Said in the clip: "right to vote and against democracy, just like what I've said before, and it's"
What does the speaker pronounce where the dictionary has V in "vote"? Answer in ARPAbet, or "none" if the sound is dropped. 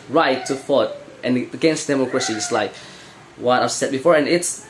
F